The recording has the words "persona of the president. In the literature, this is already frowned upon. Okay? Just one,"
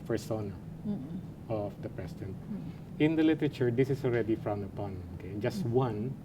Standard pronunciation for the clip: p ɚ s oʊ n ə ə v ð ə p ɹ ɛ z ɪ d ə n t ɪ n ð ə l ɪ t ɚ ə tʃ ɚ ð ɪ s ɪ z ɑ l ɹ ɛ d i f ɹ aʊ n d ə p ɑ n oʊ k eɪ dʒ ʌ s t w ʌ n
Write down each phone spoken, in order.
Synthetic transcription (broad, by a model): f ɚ s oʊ n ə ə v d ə p ɹ ɛ s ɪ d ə n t ɪ n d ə l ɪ t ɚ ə tʃ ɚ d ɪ s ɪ s ɑ l ɹ ɛ d i f ɹ aʊ n d ə p ɑ n oʊ k eɪ dʒ ʌ s t w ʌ n